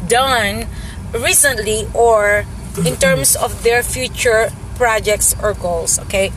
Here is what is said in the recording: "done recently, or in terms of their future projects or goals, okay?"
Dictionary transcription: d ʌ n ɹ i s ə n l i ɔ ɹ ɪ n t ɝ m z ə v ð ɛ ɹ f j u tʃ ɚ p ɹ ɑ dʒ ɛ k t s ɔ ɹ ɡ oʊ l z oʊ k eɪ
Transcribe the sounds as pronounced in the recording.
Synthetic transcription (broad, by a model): d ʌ n ɹ i s ə n l i ɔ ɹ ɪ n t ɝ m s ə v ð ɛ ɹ f j u tʃ ɚ p ɹ ɑ dʒ ɛ k t s ɔ ɹ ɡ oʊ l s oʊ k eɪ